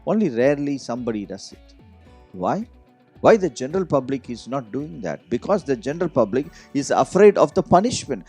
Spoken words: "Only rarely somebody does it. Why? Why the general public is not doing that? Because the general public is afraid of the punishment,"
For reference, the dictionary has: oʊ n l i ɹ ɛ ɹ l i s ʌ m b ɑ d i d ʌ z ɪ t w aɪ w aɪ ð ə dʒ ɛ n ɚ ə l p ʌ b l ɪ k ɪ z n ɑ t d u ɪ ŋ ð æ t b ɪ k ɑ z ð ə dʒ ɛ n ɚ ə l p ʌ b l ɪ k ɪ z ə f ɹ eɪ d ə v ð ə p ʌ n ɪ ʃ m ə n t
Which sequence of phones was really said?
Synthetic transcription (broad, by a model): oʊ n l i ɹ ɛ ɹ l i s ʌ m b ɑ d i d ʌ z ɪ t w aɪ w aɪ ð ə dʒ ɛ n ɚ ə l p ʌ b l ɪ k ɪ z n ɑ t d u ɪ ŋ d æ t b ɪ k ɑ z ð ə dʒ ɛ n ɚ ə l p ʌ b l ɪ k ɪ z ə f ɹ eɪ d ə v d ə p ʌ n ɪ ʃ m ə n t